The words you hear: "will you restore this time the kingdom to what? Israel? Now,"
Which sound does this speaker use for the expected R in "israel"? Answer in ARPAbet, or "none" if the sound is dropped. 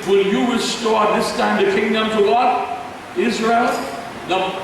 R